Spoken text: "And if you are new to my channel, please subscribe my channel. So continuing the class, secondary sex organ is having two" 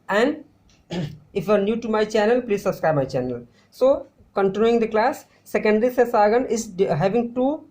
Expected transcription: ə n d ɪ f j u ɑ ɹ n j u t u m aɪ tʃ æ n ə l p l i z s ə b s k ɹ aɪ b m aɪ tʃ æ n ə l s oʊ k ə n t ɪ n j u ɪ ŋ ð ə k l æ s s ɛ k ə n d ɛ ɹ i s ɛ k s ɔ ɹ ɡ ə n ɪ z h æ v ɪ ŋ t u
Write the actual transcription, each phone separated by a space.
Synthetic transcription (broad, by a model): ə n d ɪ f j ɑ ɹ n j u t u m aɪ tʃ æ n ə l p l i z s ə b s k ɹ aɪ b m aɪ tʃ æ n ə l s oʊ k ə n t ɪ n j u ɪ ŋ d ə k l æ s s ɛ k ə n d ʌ ɹ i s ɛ s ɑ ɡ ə n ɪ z h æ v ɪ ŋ t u